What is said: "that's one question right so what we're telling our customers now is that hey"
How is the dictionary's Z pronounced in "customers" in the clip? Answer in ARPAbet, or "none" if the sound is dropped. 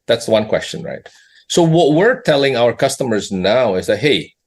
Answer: Z